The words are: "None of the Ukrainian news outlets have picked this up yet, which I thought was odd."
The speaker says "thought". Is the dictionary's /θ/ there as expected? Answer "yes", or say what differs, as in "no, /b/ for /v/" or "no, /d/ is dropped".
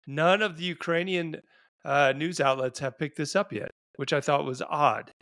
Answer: yes